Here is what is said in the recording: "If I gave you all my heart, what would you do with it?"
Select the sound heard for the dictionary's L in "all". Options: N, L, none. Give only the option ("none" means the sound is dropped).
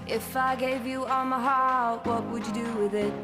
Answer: N